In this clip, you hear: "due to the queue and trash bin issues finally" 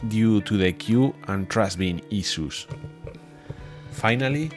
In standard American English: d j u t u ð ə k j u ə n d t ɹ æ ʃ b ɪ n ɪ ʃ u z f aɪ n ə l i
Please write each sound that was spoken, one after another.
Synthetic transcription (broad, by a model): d j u t u ð ə k j u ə n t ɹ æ s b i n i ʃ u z f aɪ n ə l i